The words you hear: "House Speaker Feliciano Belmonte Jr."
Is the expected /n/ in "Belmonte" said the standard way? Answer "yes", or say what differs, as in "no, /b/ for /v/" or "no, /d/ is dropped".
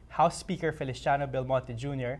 no, /n/ is dropped